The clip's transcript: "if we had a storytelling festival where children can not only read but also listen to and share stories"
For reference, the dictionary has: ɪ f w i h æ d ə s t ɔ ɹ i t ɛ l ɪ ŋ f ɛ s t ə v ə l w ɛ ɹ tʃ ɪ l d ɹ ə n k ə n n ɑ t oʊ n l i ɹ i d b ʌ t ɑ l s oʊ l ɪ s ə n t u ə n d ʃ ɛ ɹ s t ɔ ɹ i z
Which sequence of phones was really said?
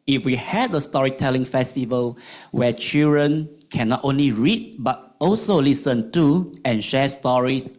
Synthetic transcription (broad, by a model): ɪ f w i h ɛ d ə s t ɔ ɹ i t ɛ l ɪ ŋ f ɛ s t ə v ə l w ɛ tʃ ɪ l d ɹ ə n k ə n n ɑ t oʊ n l i ɹ i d b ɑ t ɑ l s oʊ l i s ə n t u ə n ʃ ɛ s t ɔ ɹ i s